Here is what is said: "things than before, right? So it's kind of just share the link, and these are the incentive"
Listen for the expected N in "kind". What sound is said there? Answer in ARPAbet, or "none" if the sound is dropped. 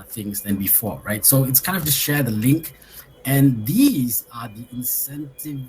N